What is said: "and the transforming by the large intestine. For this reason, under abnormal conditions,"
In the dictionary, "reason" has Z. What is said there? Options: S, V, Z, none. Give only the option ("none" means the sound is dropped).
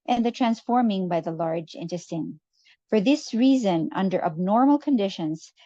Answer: Z